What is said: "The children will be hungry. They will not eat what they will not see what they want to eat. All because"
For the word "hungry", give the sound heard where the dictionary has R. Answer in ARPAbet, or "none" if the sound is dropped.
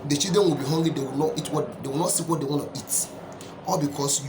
none